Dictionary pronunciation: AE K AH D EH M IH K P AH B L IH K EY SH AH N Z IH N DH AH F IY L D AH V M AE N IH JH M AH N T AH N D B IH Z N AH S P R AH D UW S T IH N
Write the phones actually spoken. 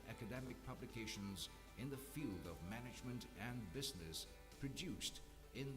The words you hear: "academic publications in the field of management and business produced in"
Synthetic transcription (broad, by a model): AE K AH D EH M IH K P AH B L IH K EY SH AH N Z IH N DH AH F IY L D AH V M AE N IH JH M AH N T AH N B IH Z N AH S P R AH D UW S T IH N